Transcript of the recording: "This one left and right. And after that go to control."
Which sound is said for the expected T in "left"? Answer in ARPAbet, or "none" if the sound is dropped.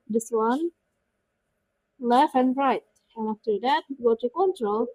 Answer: none